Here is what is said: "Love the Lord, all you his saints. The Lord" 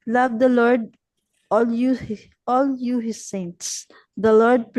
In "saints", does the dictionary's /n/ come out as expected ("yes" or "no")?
yes